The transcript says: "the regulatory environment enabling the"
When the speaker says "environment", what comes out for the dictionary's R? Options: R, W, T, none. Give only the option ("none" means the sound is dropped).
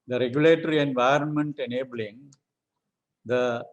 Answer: R